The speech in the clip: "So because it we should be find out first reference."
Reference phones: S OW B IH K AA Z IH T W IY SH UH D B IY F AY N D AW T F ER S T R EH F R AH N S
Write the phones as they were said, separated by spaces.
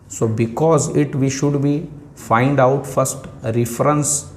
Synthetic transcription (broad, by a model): S OW B IH K AA Z IH T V IY SH UH D B IY F AY N D AW T F ER S T R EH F R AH N S